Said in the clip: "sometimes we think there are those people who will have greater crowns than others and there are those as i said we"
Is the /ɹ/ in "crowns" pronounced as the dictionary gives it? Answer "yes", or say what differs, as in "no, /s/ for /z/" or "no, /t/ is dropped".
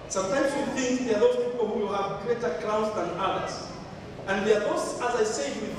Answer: no, /ɹ/ is dropped